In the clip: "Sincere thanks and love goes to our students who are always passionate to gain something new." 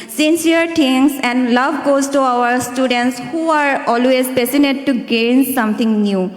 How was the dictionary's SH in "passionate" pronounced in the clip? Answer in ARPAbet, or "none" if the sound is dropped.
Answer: S